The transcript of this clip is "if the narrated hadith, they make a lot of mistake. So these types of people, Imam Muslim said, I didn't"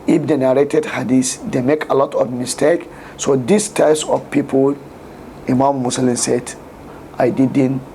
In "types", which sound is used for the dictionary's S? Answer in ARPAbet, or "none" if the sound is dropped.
S